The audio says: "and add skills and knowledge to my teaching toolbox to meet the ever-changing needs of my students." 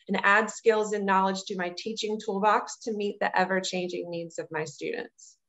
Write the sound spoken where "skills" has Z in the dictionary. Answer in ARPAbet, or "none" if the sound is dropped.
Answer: Z